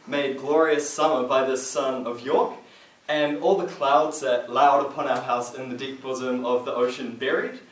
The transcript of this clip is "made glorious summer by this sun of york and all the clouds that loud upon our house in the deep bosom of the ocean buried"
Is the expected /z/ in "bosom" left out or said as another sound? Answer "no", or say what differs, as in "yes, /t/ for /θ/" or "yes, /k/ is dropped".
no